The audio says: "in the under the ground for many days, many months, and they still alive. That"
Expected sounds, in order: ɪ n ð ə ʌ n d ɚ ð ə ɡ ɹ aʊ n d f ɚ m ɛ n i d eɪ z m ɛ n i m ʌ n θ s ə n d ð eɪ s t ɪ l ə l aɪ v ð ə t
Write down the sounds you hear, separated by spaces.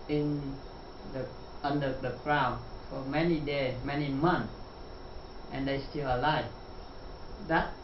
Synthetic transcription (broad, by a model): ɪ n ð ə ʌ n d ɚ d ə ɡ ɹ aʊ n f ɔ m ɛ n i d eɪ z m ɛ n i m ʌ n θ ə n d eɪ s t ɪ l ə l aɪ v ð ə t